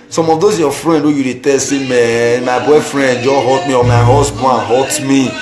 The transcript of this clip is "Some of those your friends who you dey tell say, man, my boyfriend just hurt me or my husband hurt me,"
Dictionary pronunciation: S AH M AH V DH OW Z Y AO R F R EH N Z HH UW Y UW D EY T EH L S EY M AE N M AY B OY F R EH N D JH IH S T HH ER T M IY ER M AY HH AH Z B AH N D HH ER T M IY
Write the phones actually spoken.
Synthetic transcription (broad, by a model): S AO M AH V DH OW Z Y AO F R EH N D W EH Y UW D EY T EH L S EY M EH M AY B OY F R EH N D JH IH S HH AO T M IY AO M AY HH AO S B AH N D HH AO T M IY